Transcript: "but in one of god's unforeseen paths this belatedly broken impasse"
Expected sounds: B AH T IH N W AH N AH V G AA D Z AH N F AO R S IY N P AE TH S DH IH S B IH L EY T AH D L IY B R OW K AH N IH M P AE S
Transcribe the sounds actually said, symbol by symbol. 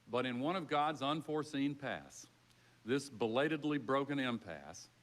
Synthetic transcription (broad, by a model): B AH T IH N W AH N AH V G AA D Z AH N F AO R S IY N P AE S DH IH S B IH L EY T AH D L IY B R OW K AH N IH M P AE S